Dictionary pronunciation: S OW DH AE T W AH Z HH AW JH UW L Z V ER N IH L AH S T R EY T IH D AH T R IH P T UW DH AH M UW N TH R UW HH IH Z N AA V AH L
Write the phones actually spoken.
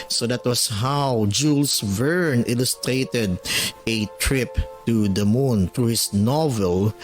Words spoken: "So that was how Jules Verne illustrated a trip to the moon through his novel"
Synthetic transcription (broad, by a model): S OW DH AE T W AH S HH AW JH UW L S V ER N IH L AH S T R EY T IH D AH T R IH P T UW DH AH M UW N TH R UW HH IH S N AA V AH L